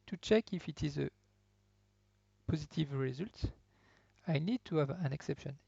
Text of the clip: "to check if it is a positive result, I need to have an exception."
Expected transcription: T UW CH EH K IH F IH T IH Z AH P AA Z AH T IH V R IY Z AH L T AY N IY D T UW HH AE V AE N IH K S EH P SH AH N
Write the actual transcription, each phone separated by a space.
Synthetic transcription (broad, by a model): T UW CH EH K IH F IH T IH Z AH P AA Z AH T IH V R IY Z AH L T AY N IY D T UW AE V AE N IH K S EH P SH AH N